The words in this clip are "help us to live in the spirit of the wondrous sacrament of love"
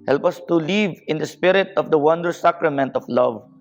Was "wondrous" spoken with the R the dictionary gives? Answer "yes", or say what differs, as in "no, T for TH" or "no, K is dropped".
no, R is dropped